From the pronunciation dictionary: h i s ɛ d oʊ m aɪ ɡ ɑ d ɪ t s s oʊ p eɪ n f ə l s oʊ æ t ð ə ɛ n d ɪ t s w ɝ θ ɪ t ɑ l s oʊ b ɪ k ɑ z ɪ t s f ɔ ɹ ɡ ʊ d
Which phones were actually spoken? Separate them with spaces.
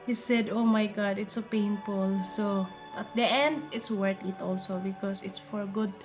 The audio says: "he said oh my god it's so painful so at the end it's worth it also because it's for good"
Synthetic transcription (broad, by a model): h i s ɛ d oʊ m aɪ ɡ ɑ d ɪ t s s oʊ p eɪ n f ə l s oʊ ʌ t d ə ɛ n d ɪ t s w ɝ t ɪ t ɑ l s oʊ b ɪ k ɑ s ɪ t s f ɔ ɹ ɡ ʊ d